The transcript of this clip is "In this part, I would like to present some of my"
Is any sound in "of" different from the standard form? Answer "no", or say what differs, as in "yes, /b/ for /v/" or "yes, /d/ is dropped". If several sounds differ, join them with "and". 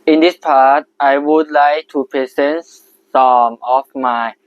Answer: yes, /f/ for /v/